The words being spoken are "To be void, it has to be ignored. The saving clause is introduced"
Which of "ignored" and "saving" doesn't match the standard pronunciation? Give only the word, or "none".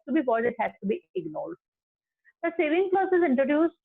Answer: ignored